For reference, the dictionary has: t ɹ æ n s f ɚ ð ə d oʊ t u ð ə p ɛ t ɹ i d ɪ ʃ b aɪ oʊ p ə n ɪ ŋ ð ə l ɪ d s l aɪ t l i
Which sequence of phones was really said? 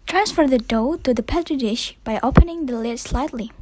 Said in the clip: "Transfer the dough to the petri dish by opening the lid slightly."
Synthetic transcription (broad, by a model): t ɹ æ n s f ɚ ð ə d oʊ t u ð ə p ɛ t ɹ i d ɪ ʃ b aɪ oʊ p ə n ɪ ŋ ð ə l ɪ d s l aɪ t l i